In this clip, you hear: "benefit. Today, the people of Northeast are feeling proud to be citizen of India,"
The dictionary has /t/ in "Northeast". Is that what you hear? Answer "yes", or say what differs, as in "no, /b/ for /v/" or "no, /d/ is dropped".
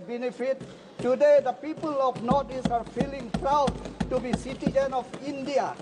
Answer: no, /t/ is dropped